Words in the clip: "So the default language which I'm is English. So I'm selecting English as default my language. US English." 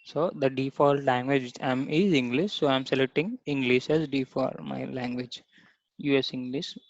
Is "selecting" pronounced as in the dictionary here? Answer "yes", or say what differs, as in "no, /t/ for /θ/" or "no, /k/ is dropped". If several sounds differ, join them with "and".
no, /k/ is dropped